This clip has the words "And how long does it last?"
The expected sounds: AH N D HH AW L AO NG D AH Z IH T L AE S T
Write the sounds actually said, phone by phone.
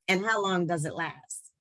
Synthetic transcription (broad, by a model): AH N HH AW L AO NG D AH Z IH T L AE S T